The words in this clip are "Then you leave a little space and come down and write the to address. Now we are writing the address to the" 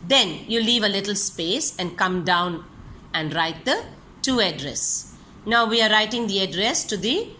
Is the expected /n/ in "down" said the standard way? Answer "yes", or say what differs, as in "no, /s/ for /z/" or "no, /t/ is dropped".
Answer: yes